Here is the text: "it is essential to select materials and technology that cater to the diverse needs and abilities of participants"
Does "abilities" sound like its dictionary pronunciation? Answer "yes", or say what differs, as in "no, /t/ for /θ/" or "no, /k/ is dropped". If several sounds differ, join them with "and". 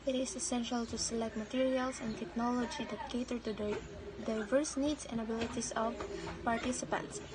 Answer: no, /s/ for /z/